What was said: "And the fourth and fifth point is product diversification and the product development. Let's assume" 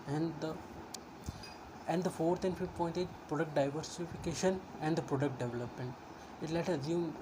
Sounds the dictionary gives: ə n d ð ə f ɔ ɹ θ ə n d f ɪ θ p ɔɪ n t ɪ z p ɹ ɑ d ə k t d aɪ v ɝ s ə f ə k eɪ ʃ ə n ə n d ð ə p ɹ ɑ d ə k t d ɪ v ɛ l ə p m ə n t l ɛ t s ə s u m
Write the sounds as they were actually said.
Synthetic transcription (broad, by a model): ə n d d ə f ɔ ɹ t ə n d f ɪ p ɔɪ n t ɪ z p ɹ ɑ d ə k t d aɪ v ɝ s ə f ə k eɪ ʃ ə n ə n d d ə p ɹ ɑ d ə k t d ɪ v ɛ l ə p m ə n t l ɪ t ə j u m